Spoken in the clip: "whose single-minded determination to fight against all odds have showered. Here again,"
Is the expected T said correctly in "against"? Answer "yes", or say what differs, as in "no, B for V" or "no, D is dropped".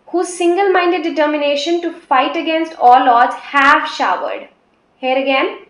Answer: yes